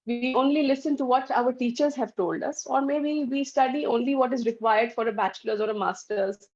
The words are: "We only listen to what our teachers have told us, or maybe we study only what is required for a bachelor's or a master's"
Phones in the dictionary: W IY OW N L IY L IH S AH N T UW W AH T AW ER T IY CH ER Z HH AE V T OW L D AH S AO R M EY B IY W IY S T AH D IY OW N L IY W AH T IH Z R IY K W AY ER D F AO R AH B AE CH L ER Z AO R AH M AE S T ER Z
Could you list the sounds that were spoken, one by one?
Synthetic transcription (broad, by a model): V IY OW N L IY L IH S AH N T UW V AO T AW ER T IY CH ER Z HH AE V T OW L D AH S AO R M EY B IY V IY S T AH D IY OW N L IY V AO T IH Z R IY K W AY ER D F AO R AH B AE CH L ER Z AO R AH M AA S T ER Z